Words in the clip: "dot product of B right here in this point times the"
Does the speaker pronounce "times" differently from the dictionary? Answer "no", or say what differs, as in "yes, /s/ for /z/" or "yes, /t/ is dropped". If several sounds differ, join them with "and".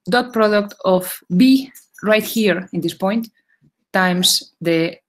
yes, /s/ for /z/